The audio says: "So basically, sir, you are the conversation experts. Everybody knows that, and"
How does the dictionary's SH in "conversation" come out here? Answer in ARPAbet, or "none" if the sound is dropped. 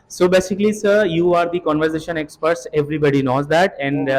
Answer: SH